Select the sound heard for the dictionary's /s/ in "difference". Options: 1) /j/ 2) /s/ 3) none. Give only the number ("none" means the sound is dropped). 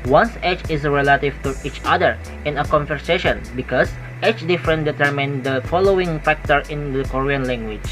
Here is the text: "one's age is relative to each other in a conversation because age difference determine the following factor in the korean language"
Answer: 3